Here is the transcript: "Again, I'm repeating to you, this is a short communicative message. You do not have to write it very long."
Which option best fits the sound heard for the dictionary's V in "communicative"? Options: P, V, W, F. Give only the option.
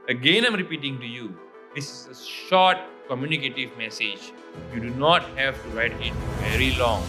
V